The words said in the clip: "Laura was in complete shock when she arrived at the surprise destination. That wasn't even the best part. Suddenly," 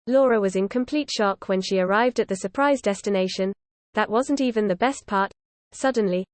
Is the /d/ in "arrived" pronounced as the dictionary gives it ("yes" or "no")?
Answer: yes